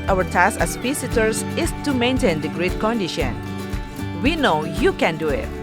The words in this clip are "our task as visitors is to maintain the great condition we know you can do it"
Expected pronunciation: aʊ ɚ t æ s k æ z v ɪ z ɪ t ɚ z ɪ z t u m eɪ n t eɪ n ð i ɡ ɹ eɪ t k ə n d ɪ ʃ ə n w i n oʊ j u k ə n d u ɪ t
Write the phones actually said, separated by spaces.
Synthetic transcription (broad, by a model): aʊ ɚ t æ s æ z p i s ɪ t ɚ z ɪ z t u m eɪ n t eɪ n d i ɡ ɹ eɪ t k ə n d ɪ ʃ ə n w i n oʊ j u k ə n d u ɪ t